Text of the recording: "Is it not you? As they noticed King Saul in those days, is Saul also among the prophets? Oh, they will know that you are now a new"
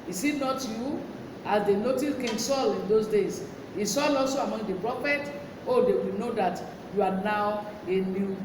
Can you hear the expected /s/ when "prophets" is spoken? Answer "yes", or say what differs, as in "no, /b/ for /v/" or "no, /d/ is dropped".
no, /s/ is dropped